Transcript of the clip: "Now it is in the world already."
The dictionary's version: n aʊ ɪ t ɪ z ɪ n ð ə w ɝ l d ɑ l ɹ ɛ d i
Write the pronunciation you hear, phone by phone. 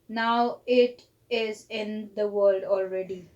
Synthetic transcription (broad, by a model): n aʊ ɪ t ɪ z ɪ n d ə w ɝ l d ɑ l ɹ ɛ d i